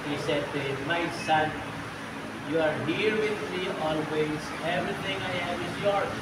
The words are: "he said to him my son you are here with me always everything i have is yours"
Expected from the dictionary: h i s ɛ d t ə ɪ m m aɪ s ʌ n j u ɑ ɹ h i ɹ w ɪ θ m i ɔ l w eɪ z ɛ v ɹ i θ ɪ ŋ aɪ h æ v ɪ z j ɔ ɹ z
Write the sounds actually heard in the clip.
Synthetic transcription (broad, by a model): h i s ɛ d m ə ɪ s ʌ n j u ɑ ɹ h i ɹ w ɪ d m i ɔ l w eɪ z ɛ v ɹ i t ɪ ŋ aɪ h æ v ɪ z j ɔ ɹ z